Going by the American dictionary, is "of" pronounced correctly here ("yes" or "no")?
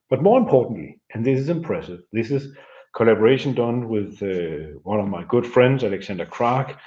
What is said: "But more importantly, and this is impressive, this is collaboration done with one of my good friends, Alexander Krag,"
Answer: yes